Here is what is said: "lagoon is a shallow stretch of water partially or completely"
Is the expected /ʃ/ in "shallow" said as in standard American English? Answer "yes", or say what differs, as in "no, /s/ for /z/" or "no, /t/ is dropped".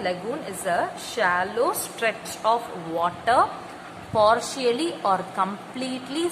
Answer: yes